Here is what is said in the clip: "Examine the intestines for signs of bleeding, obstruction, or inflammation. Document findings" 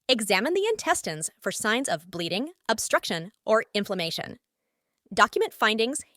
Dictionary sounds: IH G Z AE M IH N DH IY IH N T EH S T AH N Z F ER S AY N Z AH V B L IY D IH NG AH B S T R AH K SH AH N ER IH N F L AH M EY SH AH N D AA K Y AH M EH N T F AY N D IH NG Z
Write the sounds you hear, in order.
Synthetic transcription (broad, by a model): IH G Z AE M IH N DH IY IH N T EH S T AH N Z F ER S AY N Z AH V B L IY D IH NG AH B S T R AH K SH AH N ER IH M F L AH M EY SH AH N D AA K Y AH M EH N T F AY N D IH NG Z